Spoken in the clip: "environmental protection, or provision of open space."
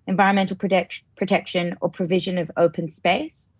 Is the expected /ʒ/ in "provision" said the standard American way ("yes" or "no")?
yes